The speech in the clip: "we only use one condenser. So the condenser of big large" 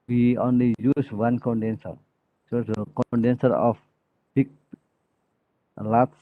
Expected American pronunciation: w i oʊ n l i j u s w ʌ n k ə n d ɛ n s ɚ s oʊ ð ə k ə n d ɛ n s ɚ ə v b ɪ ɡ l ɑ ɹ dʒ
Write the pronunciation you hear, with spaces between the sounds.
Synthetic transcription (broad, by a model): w i oʊ n l i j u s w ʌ n k ə n d ɛ n s ɚ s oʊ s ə k ə n d ɛ n s ɚ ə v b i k l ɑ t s